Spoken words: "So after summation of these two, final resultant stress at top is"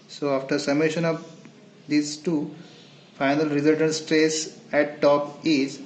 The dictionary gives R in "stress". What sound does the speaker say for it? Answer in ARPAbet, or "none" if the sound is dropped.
R